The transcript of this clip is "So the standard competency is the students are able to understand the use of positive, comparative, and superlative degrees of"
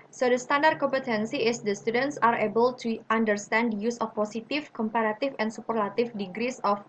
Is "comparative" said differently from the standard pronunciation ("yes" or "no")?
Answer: yes